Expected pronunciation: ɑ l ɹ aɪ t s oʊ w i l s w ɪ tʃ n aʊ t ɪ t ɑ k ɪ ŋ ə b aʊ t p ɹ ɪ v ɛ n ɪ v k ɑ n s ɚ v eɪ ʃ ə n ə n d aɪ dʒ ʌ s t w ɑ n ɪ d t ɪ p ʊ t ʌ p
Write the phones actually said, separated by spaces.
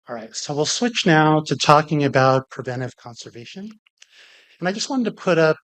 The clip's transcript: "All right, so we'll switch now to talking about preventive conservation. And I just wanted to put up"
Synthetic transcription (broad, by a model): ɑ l ɹ aɪ t s oʊ w i l s w ɪ tʃ n aʊ t ɪ t ɑ k ɪ ŋ ə b aʊ t p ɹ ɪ v ɛ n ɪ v k ɑ n s ɚ v eɪ ʃ ə n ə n aɪ dʒ ʌ s t w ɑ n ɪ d t ɪ p ʊ t ʌ p